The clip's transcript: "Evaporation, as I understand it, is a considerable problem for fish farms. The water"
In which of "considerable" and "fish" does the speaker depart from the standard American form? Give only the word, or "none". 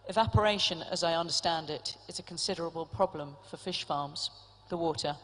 none